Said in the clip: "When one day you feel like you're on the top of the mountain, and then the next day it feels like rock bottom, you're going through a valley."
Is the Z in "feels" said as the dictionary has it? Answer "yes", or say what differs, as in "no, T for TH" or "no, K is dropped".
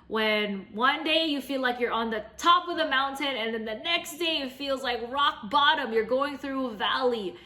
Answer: yes